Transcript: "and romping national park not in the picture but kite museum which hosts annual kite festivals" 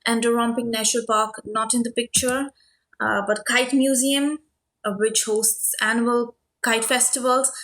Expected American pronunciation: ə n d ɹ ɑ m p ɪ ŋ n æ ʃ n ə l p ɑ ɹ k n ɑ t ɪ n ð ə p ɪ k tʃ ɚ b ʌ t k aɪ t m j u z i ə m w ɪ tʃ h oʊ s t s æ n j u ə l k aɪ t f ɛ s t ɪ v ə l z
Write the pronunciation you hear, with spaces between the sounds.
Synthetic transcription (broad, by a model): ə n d ɹ ɑ m p ɪ ŋ n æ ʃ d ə l p ɑ ɹ k n ɑ t ɪ n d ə p ɪ k tʃ ɚ b ʌ t k aɪ t m j u z i ə m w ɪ tʃ h oʊ s t s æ n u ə l k aɪ t f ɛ s t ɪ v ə l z